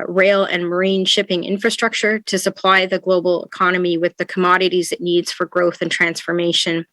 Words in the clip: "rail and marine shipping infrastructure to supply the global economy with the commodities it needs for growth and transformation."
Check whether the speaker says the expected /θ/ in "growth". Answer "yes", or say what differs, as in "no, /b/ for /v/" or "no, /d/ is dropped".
yes